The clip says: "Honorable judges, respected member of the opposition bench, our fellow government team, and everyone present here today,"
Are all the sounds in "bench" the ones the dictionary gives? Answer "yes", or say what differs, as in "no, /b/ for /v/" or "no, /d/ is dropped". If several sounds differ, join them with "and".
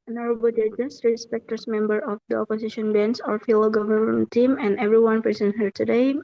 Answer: no, /s/ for /tʃ/